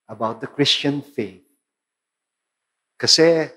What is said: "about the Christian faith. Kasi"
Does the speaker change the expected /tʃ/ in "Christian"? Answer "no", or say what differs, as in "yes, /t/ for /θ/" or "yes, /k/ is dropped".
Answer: no